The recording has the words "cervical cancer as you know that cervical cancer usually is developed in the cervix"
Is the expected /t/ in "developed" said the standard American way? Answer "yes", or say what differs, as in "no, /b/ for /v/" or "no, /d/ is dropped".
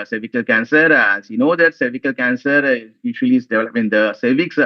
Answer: no, /t/ is dropped